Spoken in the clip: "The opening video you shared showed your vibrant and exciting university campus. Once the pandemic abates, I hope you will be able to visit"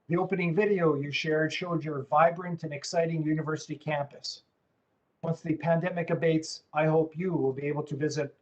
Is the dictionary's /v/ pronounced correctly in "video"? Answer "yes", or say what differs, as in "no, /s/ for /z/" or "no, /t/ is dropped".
yes